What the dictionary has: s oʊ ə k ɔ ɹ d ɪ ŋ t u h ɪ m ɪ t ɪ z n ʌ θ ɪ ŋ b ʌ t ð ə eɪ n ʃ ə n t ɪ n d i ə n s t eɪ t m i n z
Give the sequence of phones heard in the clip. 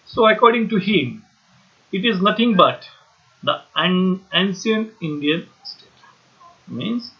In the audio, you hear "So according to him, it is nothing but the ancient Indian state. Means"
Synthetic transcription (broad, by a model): s oʊ ə k ɔ ɹ d ɪ ŋ t u h ɪ m ɪ t ɪ z n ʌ t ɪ ŋ b ʌ t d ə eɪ n s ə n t ɪ n d i ə n s t eɪ t m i n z